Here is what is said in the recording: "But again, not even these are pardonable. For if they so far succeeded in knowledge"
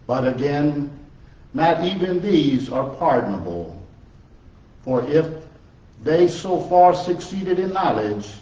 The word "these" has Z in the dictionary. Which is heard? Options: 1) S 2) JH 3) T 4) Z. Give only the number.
4